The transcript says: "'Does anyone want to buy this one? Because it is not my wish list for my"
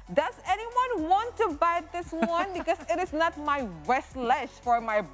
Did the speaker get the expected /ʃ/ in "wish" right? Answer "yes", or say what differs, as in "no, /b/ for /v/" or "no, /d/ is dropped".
no, /s/ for /ʃ/